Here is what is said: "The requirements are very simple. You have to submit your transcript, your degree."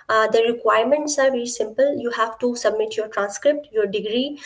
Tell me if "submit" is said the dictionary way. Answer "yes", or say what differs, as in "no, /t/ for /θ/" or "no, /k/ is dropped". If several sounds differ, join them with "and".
yes